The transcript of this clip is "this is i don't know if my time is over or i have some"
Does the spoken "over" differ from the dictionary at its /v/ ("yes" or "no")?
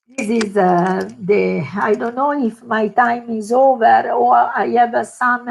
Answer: no